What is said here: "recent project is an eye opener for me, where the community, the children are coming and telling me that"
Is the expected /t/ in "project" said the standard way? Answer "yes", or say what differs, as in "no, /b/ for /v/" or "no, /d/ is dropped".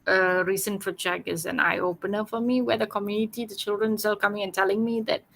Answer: no, /t/ is dropped